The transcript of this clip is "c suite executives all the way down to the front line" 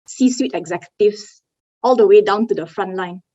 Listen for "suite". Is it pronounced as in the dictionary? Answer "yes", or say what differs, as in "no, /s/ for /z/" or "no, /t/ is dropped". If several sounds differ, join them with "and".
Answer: yes